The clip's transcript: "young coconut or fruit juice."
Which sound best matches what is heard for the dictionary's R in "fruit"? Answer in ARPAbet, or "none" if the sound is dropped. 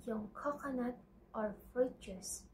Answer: none